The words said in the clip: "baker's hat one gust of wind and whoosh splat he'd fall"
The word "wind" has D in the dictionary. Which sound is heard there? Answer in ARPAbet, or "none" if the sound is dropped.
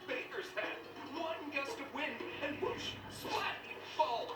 none